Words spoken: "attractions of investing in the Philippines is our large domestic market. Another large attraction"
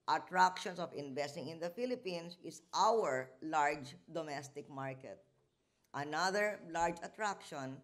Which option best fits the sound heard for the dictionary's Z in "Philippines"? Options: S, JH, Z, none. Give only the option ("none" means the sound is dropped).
S